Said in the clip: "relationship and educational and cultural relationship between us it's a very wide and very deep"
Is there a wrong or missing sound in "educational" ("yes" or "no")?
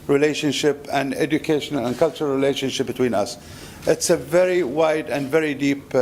no